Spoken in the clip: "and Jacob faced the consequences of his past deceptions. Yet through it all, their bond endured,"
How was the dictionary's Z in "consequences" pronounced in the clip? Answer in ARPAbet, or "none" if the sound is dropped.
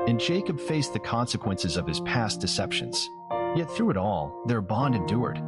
Z